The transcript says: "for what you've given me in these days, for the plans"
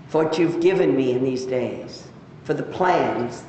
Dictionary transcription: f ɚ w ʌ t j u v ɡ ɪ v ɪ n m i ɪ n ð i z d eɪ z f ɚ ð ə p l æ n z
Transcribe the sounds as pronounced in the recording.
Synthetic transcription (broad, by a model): f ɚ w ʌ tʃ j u v ɡ ɪ v ɪ n m i ɪ n ð i z d eɪ z f ɚ ð ə p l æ n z